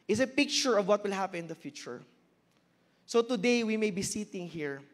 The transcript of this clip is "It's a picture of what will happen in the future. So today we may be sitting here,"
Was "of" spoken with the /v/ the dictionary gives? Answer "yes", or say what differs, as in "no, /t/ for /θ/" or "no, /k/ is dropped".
yes